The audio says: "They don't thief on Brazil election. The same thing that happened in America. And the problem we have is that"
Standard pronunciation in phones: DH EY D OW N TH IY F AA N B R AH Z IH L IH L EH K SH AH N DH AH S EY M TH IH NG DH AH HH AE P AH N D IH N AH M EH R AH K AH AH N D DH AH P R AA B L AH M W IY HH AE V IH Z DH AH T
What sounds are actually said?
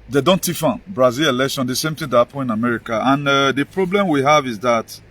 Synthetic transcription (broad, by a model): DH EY D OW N T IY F AA N B R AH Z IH L IH L EH K SH AH N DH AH S EY M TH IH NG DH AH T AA P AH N IH N AH M EH R AH K AH AH N D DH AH P R AA B L AH M W IY HH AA V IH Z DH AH T